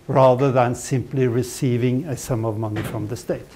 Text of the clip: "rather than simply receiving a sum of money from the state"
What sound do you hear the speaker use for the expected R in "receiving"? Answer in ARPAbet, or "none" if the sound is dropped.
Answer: R